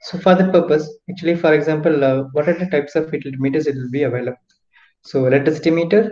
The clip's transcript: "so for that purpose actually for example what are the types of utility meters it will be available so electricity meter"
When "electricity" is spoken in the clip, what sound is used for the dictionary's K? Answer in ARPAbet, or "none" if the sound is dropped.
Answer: none